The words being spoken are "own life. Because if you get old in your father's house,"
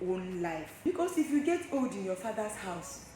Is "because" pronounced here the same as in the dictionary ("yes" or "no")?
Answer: no